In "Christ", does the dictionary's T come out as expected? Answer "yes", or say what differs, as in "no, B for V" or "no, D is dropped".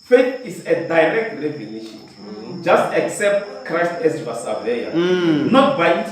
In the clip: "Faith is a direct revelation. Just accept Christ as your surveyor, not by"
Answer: yes